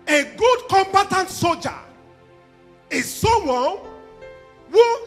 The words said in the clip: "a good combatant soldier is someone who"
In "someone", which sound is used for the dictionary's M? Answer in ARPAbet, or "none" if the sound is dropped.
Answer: none